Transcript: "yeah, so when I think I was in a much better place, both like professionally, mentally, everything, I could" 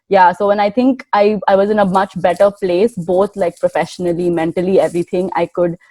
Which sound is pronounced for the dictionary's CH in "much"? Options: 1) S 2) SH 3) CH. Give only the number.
3